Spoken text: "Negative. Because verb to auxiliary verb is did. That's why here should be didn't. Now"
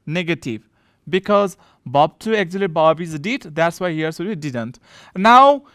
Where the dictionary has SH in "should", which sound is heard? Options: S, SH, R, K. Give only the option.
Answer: S